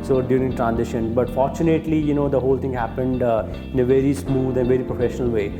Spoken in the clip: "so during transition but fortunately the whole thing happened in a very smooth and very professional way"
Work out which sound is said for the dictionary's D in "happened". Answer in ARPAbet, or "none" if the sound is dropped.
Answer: D